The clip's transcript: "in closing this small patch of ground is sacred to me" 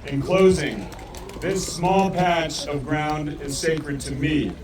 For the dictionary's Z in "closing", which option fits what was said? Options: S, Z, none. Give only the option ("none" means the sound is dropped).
Z